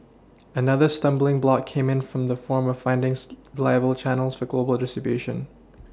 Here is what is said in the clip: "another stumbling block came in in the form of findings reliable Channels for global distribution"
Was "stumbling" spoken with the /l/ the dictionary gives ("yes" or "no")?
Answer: yes